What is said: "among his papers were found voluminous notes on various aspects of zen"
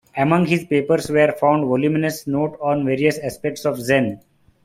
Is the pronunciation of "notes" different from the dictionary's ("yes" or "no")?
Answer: yes